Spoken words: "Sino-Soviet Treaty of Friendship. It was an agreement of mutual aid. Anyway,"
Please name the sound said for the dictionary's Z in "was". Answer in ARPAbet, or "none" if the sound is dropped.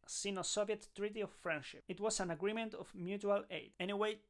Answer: S